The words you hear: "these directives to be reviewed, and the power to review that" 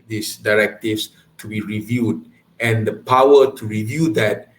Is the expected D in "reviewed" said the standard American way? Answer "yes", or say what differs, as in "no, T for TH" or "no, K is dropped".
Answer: yes